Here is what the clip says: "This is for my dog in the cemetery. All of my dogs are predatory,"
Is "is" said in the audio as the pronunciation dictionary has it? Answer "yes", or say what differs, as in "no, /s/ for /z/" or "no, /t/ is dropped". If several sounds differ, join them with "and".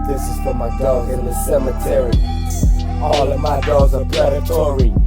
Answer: yes